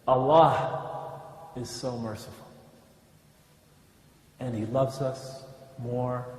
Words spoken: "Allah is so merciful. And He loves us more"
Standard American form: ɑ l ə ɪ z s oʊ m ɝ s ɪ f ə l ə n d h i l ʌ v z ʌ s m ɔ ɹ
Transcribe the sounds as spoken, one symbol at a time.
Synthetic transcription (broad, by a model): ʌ l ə ɪ z s oʊ m ɝ s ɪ f l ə n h i l ʌ v z ʌ s m ɔ ɹ